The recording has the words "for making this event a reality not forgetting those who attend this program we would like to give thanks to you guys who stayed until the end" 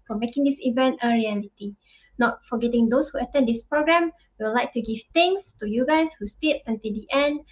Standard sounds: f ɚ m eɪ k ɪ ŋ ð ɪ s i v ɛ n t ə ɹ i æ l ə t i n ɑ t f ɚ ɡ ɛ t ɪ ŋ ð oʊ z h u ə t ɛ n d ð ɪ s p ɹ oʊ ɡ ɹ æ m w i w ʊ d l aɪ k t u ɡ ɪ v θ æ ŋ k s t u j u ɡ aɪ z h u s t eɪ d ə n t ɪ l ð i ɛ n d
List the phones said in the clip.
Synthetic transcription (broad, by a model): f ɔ m eɪ k ɪ ŋ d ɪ s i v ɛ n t ə ɹ i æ l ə t i n ɑ t f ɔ ɡ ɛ t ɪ ŋ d oʊ s h u ə t ɛ n d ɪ s p ɹ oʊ ɡ ɹ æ m w i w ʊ l aɪ k t u ɡ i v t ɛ ŋ s t u j u ɡ aɪ s h u s t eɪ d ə n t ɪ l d i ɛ n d